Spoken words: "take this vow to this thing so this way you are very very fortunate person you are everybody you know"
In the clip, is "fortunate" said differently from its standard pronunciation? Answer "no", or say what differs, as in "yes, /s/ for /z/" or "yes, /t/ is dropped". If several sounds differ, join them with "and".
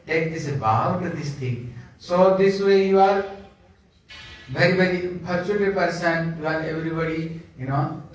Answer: yes, /p/ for /f/